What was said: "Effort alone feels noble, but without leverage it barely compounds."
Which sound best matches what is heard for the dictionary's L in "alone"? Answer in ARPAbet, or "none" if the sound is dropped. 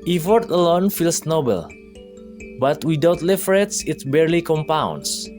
L